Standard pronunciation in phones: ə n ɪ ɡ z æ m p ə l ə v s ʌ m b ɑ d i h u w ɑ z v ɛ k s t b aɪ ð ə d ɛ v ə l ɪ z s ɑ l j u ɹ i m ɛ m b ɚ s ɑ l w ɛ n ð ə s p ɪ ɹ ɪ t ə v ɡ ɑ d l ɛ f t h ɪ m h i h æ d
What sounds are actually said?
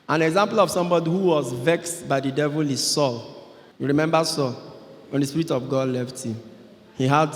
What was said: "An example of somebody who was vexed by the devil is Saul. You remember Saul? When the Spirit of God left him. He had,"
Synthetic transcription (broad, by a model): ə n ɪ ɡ z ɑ m p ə l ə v s ʌ m b ɑ d i h u w ɑ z v ɛ k s t b aɪ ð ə d ɛ v ə l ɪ s ɑ l j u ɹ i m ɛ m b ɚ s ɑ l w ɛ n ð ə s p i ɹ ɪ t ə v ɡ ɑ d l ɛ f t h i m h i h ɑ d